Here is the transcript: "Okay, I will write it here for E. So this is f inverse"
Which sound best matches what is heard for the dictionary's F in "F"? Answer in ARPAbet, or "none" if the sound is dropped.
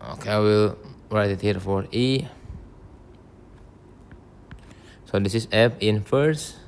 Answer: P